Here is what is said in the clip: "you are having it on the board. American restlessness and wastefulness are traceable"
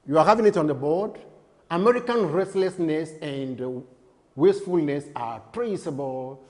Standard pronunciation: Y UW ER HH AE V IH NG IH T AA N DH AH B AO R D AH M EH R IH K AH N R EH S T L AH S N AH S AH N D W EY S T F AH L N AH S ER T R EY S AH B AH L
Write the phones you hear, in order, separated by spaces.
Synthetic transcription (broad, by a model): Y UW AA HH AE V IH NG IH T AA N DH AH B AO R D AH M EH R IH K AH N R EH S T L AH S N AH S AH N D W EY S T F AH L N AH S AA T R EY S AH B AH L